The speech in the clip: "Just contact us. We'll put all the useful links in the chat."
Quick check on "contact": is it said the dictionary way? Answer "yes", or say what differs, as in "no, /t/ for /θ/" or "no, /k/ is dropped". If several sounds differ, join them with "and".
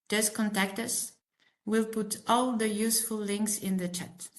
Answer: yes